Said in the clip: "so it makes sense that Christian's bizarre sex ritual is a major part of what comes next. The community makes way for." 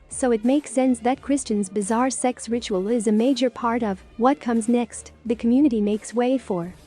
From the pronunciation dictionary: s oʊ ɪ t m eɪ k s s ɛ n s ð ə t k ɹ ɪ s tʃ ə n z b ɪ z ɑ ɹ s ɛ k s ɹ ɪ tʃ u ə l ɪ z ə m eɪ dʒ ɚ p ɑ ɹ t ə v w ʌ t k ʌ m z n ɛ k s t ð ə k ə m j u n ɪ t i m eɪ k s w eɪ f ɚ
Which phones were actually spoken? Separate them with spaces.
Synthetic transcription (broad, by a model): s oʊ ɪ t m eɪ k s s ɛ n s ð ə t k ɹ ɪ s tʃ ə n z b ɪ z ɑ ɹ s ɛ k s ɹ ɪ tʃ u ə l ɪ z ə m eɪ dʒ ɚ p ɑ ɹ t ə v w ʌ t k ʌ m z n ɛ k s t ð ə k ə m j u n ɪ t i m eɪ k s w eɪ f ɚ